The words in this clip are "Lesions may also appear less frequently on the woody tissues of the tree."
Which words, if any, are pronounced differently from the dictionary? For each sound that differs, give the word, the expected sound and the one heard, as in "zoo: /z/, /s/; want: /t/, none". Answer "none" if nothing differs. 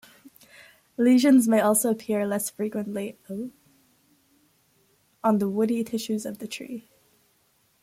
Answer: none